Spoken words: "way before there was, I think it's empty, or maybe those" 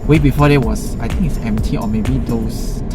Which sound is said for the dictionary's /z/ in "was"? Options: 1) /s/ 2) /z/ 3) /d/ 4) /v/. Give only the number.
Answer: 1